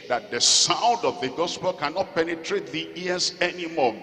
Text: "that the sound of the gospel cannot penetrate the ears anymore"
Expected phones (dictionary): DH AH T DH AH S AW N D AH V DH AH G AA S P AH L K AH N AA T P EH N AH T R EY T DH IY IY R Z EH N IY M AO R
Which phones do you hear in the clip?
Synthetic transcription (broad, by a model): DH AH T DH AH S AW N D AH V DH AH G AA S P AH L K AH N AA T P EH N AH T R EY T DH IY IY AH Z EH N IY M AO